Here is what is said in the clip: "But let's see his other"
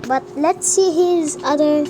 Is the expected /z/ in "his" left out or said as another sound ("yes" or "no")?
no